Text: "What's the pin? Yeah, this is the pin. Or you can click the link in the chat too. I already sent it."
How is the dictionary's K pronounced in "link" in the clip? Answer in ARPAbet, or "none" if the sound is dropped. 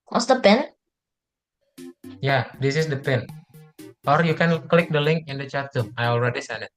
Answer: K